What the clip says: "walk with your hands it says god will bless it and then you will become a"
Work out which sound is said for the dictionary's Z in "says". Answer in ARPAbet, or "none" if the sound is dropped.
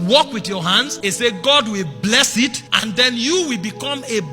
none